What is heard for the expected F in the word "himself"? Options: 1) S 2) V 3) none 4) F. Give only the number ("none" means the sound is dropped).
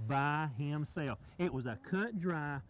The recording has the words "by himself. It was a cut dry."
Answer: 3